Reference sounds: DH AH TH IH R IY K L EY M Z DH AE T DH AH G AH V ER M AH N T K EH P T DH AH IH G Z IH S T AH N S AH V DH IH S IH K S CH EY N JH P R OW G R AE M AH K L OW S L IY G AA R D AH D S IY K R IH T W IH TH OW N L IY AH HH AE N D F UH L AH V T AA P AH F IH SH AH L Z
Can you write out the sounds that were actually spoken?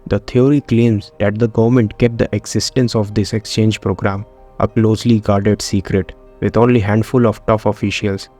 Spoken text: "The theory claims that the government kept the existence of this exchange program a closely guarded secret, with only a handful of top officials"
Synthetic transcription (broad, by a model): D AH T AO R IY K L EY M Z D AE T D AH G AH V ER M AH N T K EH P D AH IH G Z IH S T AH N S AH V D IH S IH K S CH EY N JH P R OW G R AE M AH K L OW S L IY G AA R D AH D S IY K R IH T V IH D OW L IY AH HH AE N D F UH L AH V T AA F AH F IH SH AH L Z